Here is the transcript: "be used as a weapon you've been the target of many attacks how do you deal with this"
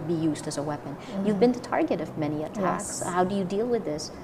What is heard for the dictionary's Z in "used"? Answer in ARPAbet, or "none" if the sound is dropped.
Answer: Z